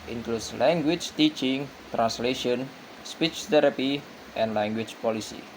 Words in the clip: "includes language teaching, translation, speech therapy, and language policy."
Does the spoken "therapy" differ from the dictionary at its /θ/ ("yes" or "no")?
yes